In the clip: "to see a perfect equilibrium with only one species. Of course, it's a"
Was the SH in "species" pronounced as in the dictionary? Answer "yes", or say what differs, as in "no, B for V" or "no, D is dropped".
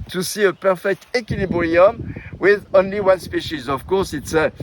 yes